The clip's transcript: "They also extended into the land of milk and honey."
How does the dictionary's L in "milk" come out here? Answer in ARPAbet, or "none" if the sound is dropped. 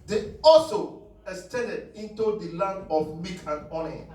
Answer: none